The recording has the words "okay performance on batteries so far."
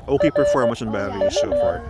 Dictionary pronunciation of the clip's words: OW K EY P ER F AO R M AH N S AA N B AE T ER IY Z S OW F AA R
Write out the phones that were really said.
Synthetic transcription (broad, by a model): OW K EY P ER F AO R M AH S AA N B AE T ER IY S OW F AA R